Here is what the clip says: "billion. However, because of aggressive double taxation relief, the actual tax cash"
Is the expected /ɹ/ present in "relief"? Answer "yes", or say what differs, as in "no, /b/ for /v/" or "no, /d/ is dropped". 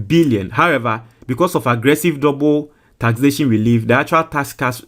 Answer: no, /w/ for /ɹ/